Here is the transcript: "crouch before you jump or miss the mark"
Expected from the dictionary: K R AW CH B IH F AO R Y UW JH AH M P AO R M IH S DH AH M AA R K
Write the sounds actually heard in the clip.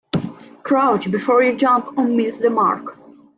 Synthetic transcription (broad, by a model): K R AW CH B IH F AO R Y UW JH AH M P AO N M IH TH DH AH M AA R K